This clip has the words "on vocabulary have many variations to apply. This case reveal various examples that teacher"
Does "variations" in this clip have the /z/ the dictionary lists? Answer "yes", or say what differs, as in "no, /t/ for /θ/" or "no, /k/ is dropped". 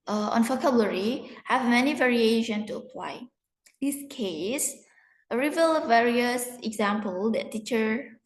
no, /z/ is dropped